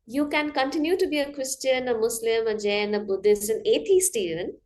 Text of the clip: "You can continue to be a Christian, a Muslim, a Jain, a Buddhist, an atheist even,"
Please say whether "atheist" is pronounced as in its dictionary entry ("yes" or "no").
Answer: no